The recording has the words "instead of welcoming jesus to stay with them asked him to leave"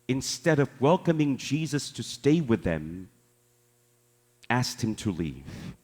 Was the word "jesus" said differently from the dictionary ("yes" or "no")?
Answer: no